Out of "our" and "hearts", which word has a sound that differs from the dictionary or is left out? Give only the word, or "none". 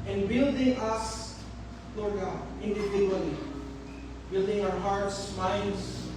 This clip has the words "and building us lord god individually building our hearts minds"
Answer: none